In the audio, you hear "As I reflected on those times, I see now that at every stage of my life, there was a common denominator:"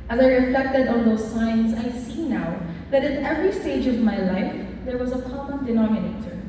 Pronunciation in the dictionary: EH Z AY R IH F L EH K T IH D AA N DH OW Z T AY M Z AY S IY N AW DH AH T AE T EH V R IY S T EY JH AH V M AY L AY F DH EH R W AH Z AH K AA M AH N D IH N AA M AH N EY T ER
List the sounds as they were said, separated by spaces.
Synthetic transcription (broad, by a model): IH Z AY R IH F L EH K T IH D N DH OW Z S AY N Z AY S IY N AW DH AH T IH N EH V R IY S T EY JH AH V M AY L AY F DH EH R W AH Z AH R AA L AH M D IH N AA M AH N EY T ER